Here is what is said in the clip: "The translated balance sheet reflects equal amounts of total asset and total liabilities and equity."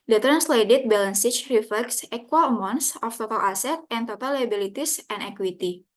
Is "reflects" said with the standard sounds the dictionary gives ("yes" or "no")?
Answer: yes